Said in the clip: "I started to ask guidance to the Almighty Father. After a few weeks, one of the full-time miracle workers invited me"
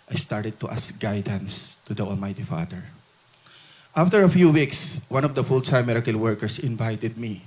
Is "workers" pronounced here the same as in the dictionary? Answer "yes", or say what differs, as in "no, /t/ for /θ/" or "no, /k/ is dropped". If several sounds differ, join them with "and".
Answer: no, /s/ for /z/